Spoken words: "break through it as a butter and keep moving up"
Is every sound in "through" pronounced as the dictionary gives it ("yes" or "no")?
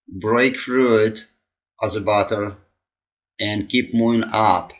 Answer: no